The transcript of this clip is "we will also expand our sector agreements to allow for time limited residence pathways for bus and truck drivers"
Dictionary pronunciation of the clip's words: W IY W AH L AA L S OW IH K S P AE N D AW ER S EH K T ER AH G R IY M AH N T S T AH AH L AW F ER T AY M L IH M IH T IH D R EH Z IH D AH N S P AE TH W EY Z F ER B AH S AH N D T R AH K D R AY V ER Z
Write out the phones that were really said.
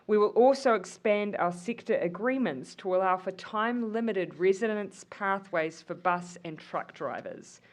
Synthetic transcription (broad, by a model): W IY W AH L AA L S OW IH K S P AE N D AW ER S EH K T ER AH G R IY M AH N T S T AH AH L AW F ER T AY M L IH M IH T IH D R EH Z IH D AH N S P AE TH W EY Z F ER B AH S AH N T R AH K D R AY V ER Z